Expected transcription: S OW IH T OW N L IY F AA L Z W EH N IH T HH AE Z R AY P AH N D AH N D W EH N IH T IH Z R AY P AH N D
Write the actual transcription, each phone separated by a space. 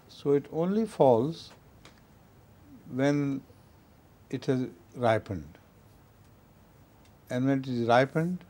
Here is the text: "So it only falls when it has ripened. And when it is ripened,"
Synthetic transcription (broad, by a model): S OW IH T OW N L IY F AA L Z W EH N IH T HH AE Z R AY P AH N D AH N D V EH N IH T IH Z R AY P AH N D